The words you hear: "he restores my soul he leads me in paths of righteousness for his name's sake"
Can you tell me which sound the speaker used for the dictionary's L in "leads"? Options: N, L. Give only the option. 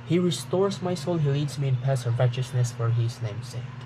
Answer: L